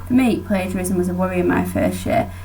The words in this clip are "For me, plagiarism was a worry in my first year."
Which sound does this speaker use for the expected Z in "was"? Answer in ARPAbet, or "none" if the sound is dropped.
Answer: Z